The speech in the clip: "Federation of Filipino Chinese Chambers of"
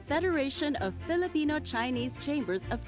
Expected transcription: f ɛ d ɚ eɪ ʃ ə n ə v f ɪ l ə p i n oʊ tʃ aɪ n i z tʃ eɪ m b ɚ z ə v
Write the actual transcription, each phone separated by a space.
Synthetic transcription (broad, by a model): f ɛ d ɚ eɪ ʃ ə n ə v f ɪ l ə p i n oʊ tʃ aɪ n i z tʃ eɪ m b ɚ z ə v